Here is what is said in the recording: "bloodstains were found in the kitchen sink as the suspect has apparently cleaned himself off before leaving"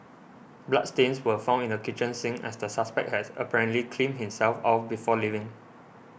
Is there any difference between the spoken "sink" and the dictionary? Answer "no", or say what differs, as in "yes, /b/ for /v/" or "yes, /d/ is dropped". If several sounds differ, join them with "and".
yes, /k/ is dropped